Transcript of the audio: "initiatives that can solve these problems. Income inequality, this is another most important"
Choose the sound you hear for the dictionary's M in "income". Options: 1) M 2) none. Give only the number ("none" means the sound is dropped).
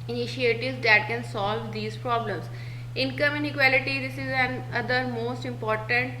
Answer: 1